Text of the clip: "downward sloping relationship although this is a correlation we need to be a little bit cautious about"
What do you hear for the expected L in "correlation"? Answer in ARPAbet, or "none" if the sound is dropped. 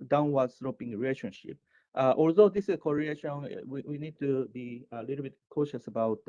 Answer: none